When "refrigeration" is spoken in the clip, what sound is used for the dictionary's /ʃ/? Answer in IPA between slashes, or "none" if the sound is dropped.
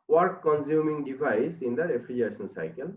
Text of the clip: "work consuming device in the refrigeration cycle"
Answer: /s/